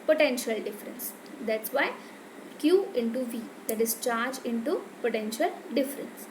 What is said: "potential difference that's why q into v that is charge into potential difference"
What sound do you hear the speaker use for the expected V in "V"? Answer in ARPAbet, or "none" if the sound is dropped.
V